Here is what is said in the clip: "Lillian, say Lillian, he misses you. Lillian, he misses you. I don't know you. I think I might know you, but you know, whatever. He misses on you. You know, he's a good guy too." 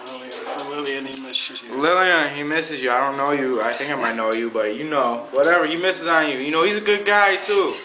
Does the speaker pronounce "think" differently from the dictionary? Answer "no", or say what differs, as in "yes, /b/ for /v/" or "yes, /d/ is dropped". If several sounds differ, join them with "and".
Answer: no